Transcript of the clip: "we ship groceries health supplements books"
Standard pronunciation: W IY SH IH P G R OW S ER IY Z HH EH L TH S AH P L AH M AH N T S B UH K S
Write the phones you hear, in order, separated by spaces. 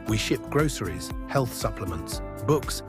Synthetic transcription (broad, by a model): W IY SH IH P G R OW S ER IY Z HH EH L TH S AH P L AH M AH N T S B UH K S